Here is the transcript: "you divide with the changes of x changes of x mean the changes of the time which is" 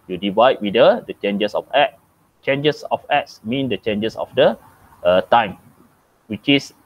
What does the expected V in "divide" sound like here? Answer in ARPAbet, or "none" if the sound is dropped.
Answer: V